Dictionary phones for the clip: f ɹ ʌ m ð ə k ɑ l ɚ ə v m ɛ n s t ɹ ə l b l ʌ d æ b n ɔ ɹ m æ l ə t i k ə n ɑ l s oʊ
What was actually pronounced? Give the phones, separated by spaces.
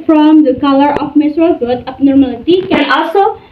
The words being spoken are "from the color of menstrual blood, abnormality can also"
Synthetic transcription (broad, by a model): f ɹ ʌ m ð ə k ɑ l ɚ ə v m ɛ s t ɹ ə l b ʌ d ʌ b n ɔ ɹ m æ l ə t i k ə n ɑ l s oʊ